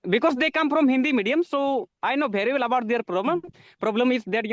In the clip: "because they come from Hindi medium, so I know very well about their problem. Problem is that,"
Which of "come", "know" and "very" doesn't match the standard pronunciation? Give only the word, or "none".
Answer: very